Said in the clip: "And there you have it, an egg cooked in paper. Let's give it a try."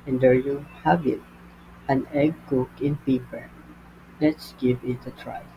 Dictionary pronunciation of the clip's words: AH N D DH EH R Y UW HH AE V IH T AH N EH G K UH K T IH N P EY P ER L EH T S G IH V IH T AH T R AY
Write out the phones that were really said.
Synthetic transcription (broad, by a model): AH N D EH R Y UW HH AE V IH T AH N EH G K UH K IH N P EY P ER L EH T S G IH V IH T AH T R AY